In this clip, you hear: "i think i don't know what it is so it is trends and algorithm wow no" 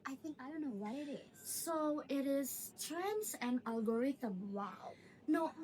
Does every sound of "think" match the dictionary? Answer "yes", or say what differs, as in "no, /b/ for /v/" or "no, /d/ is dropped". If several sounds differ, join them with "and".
yes